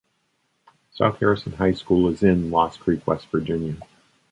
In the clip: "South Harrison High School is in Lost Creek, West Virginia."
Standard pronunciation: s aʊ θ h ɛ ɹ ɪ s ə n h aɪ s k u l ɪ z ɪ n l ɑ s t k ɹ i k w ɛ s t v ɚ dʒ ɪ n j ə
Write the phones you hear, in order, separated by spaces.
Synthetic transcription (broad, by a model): s aʊ θ h ɛ ɹ ɪ s ə n h aɪ s k u l ɪ z ɪ n l ɑ s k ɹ i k w ɛ s t v ɚ dʒ ɪ n j ə